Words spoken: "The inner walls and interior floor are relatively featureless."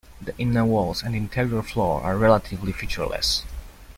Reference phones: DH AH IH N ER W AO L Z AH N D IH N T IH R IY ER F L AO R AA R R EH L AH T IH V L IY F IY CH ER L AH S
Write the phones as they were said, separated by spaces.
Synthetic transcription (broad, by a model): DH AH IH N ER W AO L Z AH N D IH N T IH R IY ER F L AO R AA R R EH L AH T IH V L IY F IY CH ER L AH S